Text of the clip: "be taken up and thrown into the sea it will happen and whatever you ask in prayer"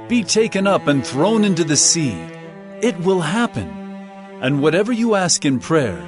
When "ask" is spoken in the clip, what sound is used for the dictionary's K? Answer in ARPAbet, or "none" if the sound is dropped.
K